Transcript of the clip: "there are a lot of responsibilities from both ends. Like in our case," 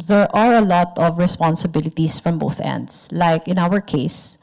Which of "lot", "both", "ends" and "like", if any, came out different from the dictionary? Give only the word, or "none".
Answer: ends